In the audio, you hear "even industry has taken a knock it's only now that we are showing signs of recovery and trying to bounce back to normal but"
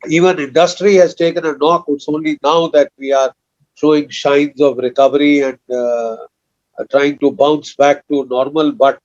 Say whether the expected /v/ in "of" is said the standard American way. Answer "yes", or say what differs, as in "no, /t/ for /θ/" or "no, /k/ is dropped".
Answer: yes